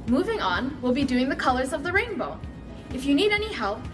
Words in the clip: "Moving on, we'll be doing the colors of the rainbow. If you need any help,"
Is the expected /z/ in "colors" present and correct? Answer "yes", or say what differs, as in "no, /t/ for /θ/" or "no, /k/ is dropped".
yes